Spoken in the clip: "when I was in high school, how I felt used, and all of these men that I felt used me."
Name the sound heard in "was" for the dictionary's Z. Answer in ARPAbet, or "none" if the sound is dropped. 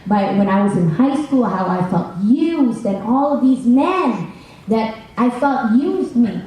Z